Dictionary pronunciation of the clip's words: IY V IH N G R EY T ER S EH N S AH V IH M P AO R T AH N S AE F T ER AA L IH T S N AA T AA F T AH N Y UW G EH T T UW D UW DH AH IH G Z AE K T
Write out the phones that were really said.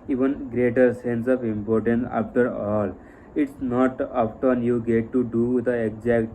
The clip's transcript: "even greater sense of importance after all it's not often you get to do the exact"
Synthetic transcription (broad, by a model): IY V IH N G R EY T ER S EH N S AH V IH M P AO R T AH N S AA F T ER AA L IH T S N AA T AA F T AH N Y UW G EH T T UW D UW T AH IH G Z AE K T